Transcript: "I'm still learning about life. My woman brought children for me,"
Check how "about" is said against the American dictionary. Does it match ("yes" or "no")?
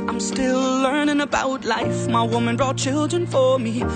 yes